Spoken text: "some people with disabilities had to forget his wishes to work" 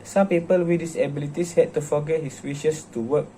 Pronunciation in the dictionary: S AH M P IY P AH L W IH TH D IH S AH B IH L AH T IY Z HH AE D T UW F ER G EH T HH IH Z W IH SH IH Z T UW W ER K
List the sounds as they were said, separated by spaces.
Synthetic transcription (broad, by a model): S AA M P IY P AH L W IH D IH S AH B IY L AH T IY S HH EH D T UW F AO G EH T HH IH S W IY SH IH S T UW W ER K